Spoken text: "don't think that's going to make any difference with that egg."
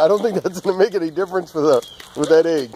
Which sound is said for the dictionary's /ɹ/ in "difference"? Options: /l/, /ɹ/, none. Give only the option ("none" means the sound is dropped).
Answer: /ɹ/